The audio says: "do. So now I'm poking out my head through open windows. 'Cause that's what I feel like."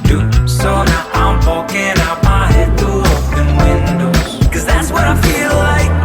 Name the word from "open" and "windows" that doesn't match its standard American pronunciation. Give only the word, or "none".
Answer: open